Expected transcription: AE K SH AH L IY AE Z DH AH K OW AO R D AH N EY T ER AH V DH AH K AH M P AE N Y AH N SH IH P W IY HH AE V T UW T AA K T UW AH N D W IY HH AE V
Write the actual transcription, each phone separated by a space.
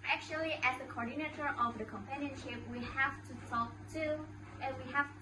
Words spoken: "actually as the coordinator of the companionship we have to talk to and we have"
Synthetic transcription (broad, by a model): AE K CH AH L IY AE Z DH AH K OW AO R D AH N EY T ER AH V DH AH K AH M P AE N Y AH N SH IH P W IY HH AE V T UW S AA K T UW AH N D W IY HH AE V